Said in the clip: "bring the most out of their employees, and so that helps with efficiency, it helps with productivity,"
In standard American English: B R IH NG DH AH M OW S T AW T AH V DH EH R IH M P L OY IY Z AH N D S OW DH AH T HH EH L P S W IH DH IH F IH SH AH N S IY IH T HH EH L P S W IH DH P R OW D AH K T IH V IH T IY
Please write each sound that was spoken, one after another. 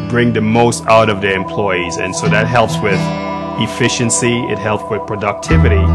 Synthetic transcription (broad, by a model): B R IH NG DH AH M OW S T AW T AH V DH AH R IH M P L OY IY Z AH N S OW DH AH T HH EH L P S W IH DH IH F IH SH AH N S IY IH T HH EH L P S W IH DH P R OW D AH K T IH V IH T IY